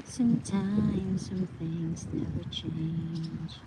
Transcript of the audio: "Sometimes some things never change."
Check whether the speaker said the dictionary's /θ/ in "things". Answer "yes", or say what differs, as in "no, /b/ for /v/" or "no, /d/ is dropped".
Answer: yes